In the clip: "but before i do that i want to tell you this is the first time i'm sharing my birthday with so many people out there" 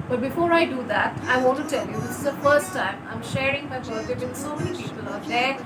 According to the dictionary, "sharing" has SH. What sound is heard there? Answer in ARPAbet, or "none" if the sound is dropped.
SH